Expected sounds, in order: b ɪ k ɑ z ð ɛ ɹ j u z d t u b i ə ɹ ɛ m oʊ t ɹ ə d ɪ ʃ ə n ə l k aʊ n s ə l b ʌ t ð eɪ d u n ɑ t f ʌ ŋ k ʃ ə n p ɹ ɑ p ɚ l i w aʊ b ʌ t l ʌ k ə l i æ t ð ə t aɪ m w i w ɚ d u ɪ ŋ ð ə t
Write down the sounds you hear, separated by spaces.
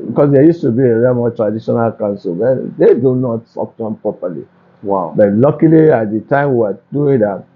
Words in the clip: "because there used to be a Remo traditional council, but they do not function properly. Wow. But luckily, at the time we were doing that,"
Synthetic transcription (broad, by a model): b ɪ k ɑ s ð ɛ j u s t u b i ə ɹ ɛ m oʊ t ɹ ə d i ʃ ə n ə l k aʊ n s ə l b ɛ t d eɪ d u n ɑ t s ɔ k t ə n p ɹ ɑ p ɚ l i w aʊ b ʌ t l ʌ k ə l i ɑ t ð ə t aɪ m w i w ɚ d u ɪ ŋ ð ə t